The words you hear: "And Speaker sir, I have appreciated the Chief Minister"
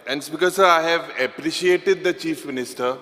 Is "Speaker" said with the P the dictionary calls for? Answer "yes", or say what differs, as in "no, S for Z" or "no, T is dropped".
no, B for P